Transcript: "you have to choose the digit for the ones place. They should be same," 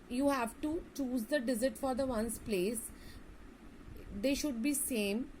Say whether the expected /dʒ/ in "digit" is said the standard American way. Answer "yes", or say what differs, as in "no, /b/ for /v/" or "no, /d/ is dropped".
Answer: no, /z/ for /dʒ/